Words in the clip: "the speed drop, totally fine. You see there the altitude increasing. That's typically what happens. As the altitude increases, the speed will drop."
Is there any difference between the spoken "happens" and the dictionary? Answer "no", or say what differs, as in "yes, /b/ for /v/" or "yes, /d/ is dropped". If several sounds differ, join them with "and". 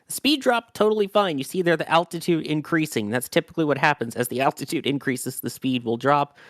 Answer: no